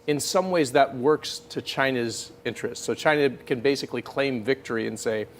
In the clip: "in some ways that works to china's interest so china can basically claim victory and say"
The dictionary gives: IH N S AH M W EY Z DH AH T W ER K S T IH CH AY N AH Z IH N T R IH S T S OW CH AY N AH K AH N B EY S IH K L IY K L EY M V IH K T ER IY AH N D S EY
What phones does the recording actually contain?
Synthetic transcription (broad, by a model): IH N S AH M W EY Z DH AH T W ER K S T IH CH AY N AH Z IH N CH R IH S T S OW CH AY N AH K AH N B EY S IH K L IY K L EY M V IH K T ER IY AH N S EY